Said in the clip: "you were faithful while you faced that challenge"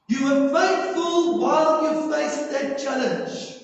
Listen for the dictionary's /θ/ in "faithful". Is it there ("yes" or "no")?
no